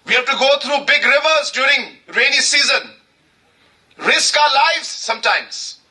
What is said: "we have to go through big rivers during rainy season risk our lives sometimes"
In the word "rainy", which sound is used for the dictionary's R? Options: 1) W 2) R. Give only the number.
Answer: 2